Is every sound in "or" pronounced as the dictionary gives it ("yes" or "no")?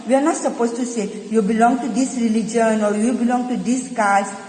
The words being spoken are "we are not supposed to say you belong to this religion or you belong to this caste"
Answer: yes